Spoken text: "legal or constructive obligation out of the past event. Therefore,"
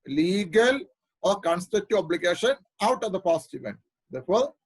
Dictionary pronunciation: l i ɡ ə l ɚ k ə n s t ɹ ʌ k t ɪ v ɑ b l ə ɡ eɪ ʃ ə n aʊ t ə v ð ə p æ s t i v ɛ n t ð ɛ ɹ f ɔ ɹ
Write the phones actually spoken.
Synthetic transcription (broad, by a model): l i ɡ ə l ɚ k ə n s t ʌ t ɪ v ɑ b l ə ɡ eɪ ʃ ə n aʊ t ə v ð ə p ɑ s t i v ɛ n t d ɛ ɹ f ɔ ɹ